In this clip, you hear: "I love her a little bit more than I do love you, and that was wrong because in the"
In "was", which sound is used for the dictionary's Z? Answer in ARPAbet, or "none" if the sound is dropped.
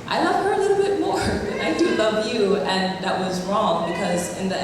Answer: Z